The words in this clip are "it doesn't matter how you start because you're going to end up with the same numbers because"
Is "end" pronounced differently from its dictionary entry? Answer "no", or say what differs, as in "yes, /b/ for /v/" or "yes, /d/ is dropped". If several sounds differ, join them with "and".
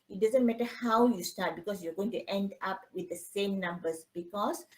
no